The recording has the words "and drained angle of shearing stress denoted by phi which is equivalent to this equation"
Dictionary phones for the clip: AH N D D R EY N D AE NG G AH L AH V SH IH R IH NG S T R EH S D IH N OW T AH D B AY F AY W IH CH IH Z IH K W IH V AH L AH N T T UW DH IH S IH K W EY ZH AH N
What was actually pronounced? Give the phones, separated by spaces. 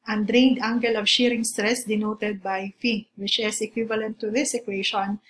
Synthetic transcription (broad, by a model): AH N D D R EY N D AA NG G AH L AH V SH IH R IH NG S T R EH S D IH N OW T AH D B AY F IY W IH CH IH S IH K W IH V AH L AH N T T UW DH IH S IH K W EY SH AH N